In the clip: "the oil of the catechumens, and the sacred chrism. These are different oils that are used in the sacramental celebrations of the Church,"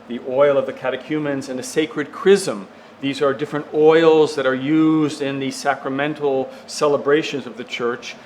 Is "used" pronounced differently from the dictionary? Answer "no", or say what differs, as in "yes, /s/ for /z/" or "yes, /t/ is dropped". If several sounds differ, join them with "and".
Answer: no